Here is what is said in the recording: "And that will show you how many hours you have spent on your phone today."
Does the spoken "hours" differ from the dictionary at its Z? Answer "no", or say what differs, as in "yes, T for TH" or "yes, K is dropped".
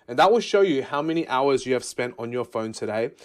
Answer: no